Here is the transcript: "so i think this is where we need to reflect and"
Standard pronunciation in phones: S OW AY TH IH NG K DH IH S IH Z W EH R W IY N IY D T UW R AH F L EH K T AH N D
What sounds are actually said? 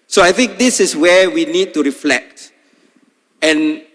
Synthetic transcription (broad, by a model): S OW AY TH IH NG K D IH S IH S W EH W IY N IY D T UW R AH F L EH K T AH N